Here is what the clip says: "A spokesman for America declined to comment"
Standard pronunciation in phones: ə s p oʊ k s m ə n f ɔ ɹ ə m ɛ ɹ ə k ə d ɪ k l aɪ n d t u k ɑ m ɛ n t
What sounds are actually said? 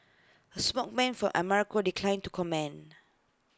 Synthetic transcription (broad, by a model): ə s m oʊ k m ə n f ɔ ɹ ə m ɛ ɹ ə k ə d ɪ k l aɪ n t u k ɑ m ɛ n